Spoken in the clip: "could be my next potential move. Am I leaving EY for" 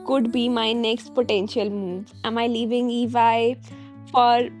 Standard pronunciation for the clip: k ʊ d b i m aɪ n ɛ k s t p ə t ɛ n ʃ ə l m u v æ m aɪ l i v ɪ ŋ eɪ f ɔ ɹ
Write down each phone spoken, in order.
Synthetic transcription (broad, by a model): k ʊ d b i m aɪ n ɛ k s t p ə t ɛ n ʃ ə l m u v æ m aɪ l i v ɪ ŋ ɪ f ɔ ɹ